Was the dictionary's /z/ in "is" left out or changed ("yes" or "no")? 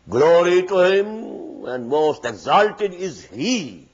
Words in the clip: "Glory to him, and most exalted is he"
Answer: no